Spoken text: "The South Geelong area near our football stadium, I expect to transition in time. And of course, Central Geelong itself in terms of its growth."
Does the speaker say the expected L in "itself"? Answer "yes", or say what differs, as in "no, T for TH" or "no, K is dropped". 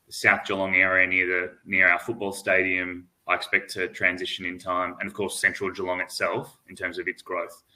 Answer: yes